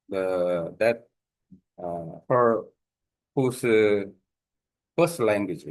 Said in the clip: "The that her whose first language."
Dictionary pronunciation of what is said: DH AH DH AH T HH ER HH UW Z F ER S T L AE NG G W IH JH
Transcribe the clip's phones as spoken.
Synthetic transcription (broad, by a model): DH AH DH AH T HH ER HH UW S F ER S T L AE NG G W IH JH